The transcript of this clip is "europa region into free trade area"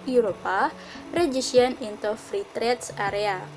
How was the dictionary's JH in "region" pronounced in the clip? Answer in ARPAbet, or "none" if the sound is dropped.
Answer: SH